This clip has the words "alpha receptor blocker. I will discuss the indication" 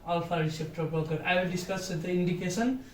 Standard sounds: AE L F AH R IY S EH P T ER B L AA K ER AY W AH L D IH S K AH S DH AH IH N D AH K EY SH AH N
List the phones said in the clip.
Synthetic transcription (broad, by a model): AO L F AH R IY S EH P T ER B AA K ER AY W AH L D IH S K AH S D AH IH N D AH K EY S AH N